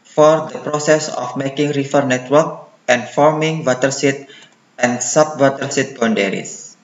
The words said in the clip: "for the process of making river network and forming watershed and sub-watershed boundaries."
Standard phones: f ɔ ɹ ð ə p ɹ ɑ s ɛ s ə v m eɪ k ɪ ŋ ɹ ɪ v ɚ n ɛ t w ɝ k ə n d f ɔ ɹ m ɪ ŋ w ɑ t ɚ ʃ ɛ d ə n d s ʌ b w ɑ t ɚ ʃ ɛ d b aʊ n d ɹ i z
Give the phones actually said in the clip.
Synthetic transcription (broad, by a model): f ɔ ɹ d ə p ɹ ɑ s ɛ s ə f m eɪ k ɪ ŋ ɹ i f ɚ n ɛ t w ɝ k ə n f ɔ ɹ m ɪ ŋ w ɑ t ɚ s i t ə n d s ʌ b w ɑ t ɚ s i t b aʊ n d ɹ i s